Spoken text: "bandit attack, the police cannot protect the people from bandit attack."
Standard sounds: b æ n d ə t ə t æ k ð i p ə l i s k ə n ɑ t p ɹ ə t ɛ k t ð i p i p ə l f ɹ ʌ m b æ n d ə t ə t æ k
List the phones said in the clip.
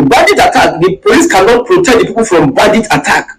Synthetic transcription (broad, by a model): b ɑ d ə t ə t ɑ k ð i p ə l i s k ə n ɑ t p ɹ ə t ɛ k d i p i p ə l f ɹ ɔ m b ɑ d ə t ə t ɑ k